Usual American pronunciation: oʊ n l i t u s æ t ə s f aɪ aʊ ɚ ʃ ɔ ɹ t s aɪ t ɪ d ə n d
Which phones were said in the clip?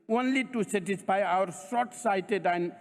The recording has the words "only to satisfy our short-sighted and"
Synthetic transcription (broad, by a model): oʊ n l i t u s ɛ t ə s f aɪ aʊ ɚ s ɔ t s aɪ t ɪ d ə n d